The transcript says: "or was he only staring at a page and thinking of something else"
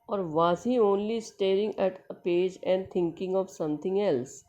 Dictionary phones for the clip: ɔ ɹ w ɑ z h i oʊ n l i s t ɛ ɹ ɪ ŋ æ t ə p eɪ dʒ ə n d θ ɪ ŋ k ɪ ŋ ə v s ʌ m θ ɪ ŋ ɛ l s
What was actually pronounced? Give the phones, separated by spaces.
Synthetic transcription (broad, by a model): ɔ ɹ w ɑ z h i oʊ n l i s t ɛ ɹ ɪ ŋ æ t ə p eɪ dʒ ə n d t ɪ ŋ k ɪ ŋ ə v s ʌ m t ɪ ŋ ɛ l s